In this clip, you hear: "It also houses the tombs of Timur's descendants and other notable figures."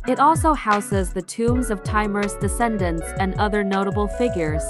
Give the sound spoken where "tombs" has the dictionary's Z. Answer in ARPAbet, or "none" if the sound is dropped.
Z